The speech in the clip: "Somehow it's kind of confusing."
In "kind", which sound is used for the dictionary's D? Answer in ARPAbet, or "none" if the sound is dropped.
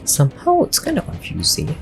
none